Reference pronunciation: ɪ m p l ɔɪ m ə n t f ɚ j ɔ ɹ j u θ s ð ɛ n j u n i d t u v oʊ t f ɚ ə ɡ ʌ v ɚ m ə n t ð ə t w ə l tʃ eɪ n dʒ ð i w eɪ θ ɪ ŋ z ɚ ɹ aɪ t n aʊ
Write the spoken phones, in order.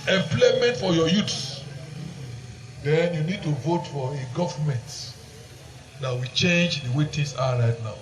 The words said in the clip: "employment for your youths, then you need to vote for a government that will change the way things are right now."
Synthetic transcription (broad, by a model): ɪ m p l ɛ m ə n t f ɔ j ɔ j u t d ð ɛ n j u n i d t u v oʊ t f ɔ ə ɡ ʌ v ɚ m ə n t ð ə t w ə tʃ eɪ n dʒ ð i w eɪ t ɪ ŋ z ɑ ɹ aɪ t n aʊ